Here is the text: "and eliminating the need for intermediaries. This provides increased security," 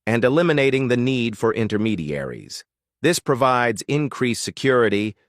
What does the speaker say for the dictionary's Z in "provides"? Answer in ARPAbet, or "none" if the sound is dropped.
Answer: Z